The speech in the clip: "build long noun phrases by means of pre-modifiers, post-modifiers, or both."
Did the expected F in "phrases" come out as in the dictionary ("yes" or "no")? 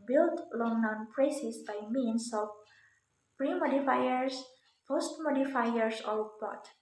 no